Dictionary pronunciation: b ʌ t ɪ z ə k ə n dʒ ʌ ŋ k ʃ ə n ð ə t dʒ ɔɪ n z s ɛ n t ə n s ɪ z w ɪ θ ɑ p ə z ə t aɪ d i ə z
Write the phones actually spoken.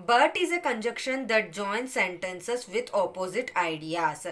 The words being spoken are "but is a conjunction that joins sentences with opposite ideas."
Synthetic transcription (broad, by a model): b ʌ t ɪ z ə k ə n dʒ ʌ k ʃ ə n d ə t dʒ ɔɪ n s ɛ n t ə n s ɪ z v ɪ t ɑ p ə z ə t aɪ d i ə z